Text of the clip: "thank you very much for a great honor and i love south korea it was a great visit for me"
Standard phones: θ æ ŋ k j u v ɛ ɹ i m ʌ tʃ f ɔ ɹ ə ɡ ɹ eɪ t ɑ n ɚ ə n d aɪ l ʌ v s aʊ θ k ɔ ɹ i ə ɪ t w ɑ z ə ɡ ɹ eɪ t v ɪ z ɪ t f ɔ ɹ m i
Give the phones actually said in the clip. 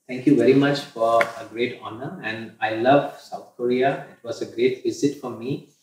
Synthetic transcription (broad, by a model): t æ ŋ k j u v ɛ ɹ i m ʌ tʃ f ɔ ɹ ə ɡ ɹ eɪ t ɑ n ɚ ə n d aɪ l ʌ v s aʊ t k ɔ ɹ i ə ɪ t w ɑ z ə ɡ ɹ eɪ t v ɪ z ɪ t f ɔ ɹ m i